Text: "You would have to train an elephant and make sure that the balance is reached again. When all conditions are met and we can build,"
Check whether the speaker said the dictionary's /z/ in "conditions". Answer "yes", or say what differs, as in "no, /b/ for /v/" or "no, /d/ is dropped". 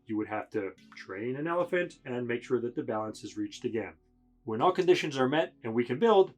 yes